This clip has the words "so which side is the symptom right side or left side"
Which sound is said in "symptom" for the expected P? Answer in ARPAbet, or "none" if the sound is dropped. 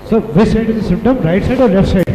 none